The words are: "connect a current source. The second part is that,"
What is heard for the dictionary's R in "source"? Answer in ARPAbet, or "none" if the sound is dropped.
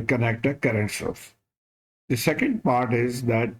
L